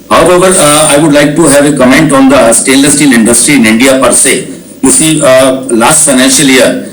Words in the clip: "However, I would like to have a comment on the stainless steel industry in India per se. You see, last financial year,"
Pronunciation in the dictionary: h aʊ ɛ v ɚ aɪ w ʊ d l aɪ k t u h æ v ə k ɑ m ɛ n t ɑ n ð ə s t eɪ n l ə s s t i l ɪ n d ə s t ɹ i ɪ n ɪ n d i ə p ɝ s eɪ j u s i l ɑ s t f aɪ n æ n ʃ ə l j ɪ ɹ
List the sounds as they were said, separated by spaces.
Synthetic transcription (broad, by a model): h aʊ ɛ v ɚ aɪ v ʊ d l aɪ k t u h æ v ə k ɑ m ɛ n t ɑ n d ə s t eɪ l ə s s t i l ɪ n d ə s t ɹ i ɪ n ɪ n d i ə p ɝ s eɪ j u s i l ɑ s t f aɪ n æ n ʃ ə l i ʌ ɹ